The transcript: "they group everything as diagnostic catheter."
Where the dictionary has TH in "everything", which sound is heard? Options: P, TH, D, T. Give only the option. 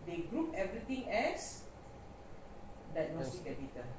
T